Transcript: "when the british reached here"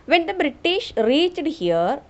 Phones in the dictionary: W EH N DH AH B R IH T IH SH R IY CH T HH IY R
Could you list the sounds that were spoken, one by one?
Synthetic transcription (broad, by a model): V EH N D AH B R IH T IH SH R IY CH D HH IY R